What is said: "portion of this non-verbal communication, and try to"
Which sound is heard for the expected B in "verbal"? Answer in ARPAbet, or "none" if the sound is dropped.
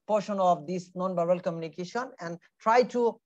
none